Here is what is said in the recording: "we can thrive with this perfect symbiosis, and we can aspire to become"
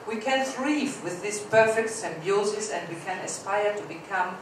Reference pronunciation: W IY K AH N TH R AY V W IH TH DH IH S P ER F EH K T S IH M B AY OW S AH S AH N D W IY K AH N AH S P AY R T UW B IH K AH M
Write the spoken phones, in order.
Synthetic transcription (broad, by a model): W IY K AH N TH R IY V W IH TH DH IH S P ER F EH K T S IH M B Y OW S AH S AH N D W IY K AH N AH S P AY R T UW B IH K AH M